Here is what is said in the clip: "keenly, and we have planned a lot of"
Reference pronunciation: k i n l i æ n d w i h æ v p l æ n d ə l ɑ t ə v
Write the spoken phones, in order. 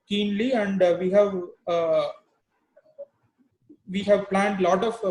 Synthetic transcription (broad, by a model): k i n l i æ n d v i h æ v p l æ n d l ɑ t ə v